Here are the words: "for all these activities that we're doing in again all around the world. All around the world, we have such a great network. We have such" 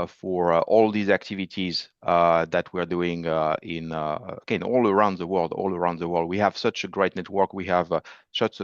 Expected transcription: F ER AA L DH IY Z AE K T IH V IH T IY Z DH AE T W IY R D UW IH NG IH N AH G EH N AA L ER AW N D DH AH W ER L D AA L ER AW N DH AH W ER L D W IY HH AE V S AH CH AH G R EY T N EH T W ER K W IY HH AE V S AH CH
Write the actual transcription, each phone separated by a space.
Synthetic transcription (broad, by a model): F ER AA L DH IY Z AE K T IH V IH T IY Z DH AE T W IY R D UW IH NG IH N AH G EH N AA L ER AW N D DH AH W ER L D AA L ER AW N DH AH W ER L D W IY HH AE V S AH CH AH G R EY T N EH T W ER K W IY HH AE V S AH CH